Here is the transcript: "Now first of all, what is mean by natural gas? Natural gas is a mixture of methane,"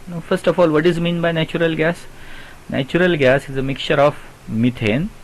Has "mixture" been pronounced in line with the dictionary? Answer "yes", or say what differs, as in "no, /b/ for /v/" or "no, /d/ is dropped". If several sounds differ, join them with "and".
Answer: no, /s/ is dropped